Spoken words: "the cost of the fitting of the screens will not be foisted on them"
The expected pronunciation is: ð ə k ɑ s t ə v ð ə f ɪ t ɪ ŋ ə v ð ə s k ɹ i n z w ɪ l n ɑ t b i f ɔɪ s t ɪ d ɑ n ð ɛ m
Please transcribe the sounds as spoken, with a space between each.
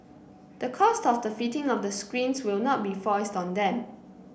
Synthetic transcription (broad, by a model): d ə k ɑ s t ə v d ə f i t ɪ ŋ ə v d ə s k ɹ i n s w ɪ l n ɑ t b i f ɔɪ s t ɑ n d ɛ m